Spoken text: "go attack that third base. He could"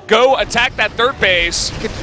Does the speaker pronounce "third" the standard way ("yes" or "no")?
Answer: yes